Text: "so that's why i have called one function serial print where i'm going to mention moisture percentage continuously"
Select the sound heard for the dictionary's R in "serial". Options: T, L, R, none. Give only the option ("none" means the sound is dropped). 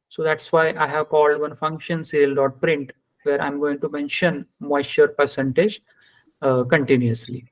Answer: L